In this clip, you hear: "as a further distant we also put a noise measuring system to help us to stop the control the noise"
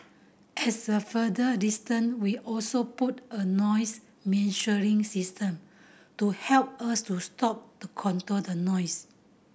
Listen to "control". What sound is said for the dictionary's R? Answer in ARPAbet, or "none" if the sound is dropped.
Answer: none